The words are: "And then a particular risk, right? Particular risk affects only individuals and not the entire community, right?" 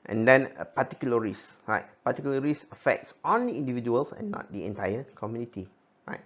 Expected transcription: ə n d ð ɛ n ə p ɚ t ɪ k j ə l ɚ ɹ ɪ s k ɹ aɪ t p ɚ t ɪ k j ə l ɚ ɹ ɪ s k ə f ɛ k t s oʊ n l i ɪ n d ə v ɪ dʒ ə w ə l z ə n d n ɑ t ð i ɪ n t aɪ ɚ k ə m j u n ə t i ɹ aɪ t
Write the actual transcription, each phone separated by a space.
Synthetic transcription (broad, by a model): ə n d ɛ n ə p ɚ t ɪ k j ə l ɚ ɹ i s ɹ aɪ t p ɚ t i k j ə l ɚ ɹ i s ə f ɛ k t s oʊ n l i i n d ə v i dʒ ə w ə l s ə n n ɑ t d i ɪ n t aɪ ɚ k ə m j u n ə t i ɹ aɪ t